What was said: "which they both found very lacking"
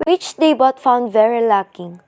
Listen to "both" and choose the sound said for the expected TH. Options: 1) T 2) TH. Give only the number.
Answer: 1